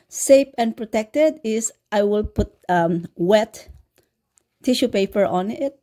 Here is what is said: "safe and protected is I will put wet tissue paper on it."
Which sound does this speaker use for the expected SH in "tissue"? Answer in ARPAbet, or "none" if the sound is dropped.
SH